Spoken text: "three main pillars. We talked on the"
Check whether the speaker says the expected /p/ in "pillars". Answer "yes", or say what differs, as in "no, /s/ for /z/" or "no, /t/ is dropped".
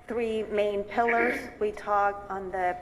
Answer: yes